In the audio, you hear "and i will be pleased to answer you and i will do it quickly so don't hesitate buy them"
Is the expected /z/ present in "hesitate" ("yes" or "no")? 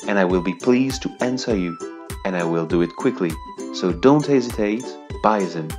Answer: yes